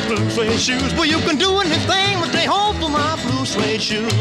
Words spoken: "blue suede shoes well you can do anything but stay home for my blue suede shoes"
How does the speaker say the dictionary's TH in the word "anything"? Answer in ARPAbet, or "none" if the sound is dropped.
TH